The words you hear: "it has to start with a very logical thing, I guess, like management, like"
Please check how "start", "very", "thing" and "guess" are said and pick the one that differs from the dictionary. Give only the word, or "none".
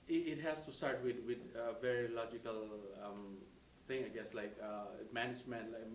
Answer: thing